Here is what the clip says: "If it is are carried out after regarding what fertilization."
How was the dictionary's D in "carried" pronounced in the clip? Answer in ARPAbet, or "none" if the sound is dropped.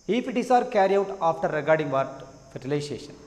none